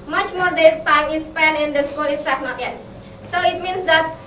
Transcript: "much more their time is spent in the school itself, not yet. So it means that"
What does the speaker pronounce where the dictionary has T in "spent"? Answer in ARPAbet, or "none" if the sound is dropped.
none